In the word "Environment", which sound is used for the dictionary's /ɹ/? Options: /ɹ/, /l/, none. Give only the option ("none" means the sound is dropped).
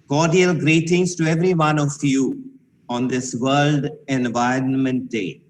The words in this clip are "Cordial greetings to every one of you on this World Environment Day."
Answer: /ɹ/